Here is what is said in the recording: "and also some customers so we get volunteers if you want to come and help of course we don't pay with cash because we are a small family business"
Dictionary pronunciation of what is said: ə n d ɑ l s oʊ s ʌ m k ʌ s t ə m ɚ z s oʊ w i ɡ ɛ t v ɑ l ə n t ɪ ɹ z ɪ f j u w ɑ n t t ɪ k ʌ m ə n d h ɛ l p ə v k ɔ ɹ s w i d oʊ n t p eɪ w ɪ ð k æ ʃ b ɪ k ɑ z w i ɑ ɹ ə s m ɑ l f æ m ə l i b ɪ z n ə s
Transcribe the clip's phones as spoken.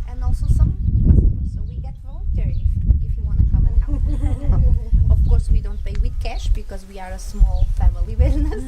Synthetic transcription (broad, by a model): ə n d ɑ l s oʊ s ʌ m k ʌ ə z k s oʊ w i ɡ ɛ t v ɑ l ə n t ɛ ɹ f ɪ f j u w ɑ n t t ɪ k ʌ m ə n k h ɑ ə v k ɔ ɹ s w i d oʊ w t p eɪ w ɪ ð k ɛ ʃ b ɪ k ɑ z w i ɑ ɹ ə s m ɑ l f æ m ə l i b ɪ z n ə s